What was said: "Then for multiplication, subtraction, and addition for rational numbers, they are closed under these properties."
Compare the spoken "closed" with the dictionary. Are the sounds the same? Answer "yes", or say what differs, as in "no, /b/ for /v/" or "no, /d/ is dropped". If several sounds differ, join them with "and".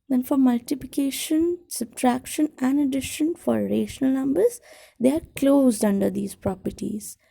yes